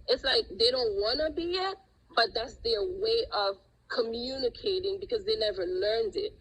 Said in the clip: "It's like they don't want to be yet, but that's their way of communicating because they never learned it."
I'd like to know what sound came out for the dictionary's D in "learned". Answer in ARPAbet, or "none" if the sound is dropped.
D